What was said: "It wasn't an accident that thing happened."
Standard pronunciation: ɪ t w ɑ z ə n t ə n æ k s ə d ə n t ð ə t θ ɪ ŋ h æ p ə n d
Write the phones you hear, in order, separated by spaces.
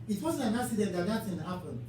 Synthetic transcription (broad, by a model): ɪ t w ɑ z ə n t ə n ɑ s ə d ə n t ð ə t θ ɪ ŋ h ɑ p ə n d